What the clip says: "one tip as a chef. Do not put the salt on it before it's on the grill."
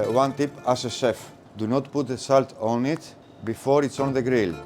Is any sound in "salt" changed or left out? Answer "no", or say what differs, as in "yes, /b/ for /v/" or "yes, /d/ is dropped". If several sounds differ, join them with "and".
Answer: no